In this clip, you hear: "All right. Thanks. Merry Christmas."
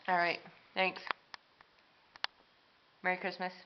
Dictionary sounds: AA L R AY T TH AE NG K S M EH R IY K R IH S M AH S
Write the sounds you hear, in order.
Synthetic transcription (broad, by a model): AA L R AY T TH AE NG K S M EH R IY K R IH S M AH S